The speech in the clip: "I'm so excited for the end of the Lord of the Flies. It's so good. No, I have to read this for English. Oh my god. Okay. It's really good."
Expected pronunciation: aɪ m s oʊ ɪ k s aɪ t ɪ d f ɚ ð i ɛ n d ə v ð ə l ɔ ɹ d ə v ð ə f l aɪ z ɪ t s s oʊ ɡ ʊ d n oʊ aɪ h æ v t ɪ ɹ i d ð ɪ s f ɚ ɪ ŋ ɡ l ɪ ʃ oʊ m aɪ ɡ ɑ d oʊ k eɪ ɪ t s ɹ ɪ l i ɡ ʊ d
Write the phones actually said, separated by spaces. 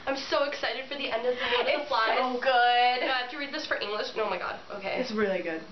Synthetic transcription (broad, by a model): aɪ m s oʊ ɪ k s aɪ t ɪ d f ɚ ð i ɛ n d ə v ð ə w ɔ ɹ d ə ð ə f l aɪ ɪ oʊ ɡ ʊ d n oʊ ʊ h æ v t ɪ ɹ i d ð ɪ s f ɚ ɪ ŋ ɡ l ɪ ʃ oʊ m aɪ ɡ ɑ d oʊ k eɪ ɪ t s ɹ ɪ l i ɡ ʊ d